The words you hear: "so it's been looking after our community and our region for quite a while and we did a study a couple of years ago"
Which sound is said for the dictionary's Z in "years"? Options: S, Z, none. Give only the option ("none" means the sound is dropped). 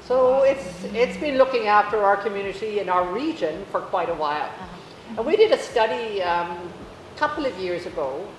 Z